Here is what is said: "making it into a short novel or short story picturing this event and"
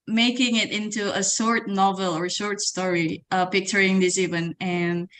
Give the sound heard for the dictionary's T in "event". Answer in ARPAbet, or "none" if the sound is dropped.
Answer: none